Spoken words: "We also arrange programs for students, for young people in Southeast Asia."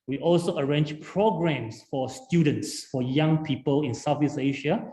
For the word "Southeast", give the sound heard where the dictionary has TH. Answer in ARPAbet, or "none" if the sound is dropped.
F